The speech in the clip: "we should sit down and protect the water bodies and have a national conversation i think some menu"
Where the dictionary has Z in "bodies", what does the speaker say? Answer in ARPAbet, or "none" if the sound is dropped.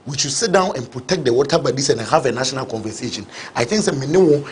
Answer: S